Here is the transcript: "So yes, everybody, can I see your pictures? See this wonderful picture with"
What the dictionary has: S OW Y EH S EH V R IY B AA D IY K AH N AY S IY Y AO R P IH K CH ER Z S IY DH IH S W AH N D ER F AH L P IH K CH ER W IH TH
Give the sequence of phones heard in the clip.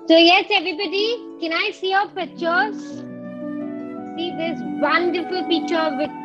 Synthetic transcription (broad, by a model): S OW Y EH S EH V R IY B AA D IY K AH N AY S IY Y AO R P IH CH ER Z S IY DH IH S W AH N D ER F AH L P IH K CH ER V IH